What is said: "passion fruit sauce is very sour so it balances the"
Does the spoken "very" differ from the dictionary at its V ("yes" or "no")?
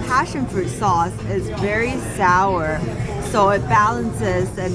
no